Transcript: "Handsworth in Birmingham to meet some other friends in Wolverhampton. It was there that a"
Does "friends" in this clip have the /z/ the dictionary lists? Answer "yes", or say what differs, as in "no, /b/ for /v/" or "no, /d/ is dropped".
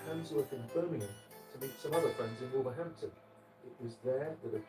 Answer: yes